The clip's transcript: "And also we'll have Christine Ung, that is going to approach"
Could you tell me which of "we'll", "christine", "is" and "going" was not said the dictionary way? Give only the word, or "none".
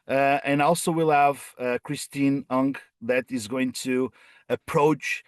none